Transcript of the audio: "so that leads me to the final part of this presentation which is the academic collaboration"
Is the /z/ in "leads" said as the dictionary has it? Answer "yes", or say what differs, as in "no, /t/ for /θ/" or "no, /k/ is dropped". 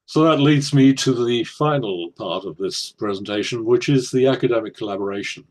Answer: yes